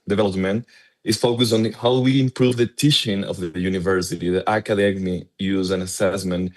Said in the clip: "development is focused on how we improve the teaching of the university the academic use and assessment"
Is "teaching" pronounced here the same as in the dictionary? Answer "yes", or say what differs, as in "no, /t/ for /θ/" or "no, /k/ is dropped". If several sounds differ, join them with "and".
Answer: no, /ʃ/ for /tʃ/